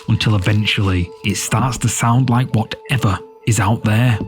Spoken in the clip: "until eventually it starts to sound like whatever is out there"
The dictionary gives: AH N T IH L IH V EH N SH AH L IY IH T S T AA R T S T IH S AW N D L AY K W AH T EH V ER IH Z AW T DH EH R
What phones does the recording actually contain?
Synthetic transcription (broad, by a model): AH N T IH L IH V EH N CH L IY IH T S T AA R T S T IH S AW N D L AY K W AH T EH V ER IH Z AW T DH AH R